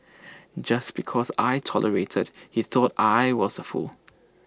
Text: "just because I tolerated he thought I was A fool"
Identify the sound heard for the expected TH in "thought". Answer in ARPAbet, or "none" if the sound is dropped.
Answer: TH